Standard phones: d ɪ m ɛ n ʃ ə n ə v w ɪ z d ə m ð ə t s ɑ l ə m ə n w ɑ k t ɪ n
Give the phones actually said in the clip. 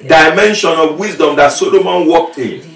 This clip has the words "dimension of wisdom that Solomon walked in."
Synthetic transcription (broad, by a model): d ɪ m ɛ n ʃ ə n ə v w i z d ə m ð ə t s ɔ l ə m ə n w ɑ k t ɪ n